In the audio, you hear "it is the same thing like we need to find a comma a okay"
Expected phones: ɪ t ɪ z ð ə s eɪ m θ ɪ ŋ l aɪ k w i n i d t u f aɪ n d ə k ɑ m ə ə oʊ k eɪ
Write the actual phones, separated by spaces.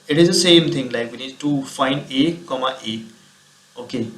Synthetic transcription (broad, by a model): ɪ t ɪ z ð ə s eɪ m t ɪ ŋ l aɪ k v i n i d t u f aɪ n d ə k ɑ m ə ə oʊ k eɪ